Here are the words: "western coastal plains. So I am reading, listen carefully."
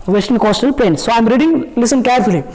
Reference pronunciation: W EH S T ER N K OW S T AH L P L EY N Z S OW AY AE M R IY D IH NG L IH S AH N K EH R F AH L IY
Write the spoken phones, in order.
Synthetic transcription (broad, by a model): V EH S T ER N K OW S T AH L P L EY N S S OW AY M R IY D IH NG L IH S AH N K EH R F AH L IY